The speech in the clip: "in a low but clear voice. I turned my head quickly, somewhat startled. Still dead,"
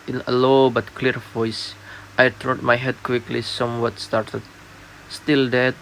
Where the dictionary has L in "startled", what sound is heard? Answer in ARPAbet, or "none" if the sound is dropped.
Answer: none